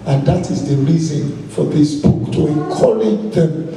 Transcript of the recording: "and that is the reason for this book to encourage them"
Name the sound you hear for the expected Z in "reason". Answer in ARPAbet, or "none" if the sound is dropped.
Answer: Z